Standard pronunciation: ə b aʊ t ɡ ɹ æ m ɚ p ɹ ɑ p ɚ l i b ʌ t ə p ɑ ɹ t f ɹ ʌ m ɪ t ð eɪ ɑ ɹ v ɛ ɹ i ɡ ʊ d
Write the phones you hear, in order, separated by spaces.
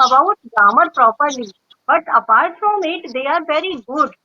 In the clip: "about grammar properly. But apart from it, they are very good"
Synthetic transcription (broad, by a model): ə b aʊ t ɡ ɑ m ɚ p ɹ ɑ p ɚ l i b ʌ t ə p ɑ ɹ t f ɹ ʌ m ɪ t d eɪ ɑ ɹ v ɛ ɹ i ɡ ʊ d